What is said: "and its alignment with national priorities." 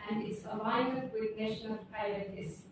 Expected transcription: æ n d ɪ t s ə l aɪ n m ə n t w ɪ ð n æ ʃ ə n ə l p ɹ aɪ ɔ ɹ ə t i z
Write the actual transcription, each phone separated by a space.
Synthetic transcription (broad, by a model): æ n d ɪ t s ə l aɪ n ə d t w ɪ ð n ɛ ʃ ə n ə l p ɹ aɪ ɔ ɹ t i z